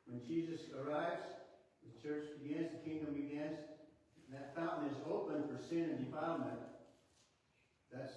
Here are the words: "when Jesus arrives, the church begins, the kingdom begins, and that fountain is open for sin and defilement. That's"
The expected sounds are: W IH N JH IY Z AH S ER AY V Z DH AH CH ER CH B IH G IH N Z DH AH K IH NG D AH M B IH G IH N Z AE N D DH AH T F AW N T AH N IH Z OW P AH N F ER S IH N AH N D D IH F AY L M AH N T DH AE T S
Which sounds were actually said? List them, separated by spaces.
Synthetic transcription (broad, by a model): W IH N JH IY Z AH S ER AY V Z DH AH CH ER CH B IH G IH N Z DH AH K IH NG D AH M B IH G IH N Z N DH AH T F AW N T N IH Z OW P AH N F ER S IH N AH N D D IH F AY M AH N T DH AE T S